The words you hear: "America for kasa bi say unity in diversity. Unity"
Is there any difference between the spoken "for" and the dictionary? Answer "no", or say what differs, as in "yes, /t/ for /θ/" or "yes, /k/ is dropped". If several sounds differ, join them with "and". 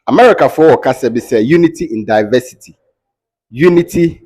yes, /w/ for /ɹ/